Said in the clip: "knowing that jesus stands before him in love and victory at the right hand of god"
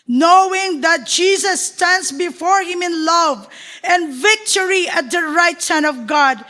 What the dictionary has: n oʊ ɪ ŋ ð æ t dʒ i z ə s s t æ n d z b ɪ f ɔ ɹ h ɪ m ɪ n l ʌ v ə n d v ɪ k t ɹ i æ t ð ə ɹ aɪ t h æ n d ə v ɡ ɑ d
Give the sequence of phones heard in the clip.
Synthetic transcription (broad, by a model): n oʊ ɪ ŋ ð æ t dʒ i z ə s s t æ n d s b ɪ f ɔ ɹ h ɪ m ɪ n l ʌ v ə n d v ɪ k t ɹ i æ t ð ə ɹ aɪ t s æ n ə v ɡ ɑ d